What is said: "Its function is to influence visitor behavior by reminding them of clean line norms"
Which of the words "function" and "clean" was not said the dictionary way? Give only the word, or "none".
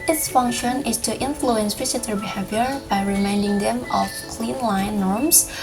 none